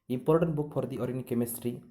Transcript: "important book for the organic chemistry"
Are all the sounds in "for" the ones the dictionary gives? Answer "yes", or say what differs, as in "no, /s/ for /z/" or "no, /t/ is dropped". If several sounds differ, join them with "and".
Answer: no, /p/ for /f/